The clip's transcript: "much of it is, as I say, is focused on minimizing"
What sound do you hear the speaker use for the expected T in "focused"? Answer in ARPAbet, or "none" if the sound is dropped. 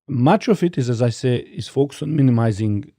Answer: none